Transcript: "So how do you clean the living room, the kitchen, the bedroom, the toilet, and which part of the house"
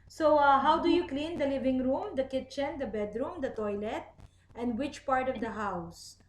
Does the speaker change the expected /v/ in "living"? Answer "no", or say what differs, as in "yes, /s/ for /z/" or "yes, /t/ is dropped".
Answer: no